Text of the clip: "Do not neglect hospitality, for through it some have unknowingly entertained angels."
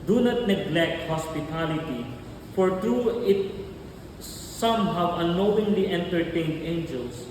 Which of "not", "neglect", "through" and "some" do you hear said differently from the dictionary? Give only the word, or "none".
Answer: through